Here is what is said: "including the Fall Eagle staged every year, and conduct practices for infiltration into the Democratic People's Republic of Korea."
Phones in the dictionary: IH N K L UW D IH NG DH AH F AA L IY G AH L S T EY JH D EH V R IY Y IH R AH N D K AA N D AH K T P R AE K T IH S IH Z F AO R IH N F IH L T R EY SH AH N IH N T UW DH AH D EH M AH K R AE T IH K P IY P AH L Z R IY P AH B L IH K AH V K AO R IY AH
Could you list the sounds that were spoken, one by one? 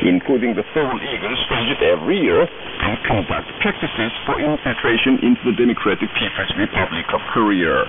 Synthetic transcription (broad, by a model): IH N K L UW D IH NG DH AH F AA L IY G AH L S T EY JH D EH V R IY Y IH R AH N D K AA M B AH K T P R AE K T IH S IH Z F AO R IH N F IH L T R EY SH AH N IH N T UW DH AH D EH M AH K R AE T IH K P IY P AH Z R IY P AH B L IH K AH V K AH R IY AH